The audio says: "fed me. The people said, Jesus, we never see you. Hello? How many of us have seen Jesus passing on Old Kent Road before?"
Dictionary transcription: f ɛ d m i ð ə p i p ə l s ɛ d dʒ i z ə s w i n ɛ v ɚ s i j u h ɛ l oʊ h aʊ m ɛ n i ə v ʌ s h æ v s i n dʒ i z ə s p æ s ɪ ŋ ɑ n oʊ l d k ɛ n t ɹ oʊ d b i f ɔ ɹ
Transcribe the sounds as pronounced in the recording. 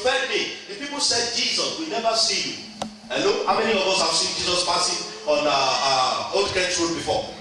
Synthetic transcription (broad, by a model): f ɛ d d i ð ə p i p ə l s ɛ d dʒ i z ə s w i n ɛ v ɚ s i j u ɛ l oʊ h aʊ m ɛ n i ə v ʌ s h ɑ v s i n dʒ i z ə s p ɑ s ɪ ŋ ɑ n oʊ d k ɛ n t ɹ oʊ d b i f ɔ